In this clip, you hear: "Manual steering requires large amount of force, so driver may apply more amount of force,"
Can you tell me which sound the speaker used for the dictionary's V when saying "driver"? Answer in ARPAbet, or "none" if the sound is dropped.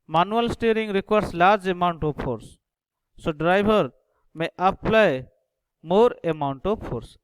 B